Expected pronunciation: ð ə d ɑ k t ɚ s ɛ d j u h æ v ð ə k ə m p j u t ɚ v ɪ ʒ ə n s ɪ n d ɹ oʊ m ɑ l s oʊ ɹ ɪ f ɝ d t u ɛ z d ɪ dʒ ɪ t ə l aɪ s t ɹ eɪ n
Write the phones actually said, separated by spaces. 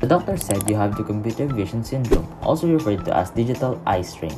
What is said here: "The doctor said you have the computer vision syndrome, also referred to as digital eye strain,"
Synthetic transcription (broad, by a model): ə d ɑ k t ɚ s ɛ d j u h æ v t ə k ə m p j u t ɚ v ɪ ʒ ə n s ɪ n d ɹ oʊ m ɑ l s oʊ ɹ ɪ f ɝ d t u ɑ s d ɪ dʒ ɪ t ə l aɪ s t ɹ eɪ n